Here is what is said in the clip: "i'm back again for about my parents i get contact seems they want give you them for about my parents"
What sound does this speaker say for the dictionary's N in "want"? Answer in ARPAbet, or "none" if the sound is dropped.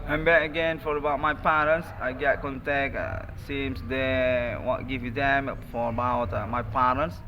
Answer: none